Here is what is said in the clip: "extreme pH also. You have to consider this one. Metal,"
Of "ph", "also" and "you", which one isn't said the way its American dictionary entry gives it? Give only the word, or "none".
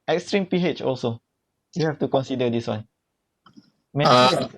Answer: none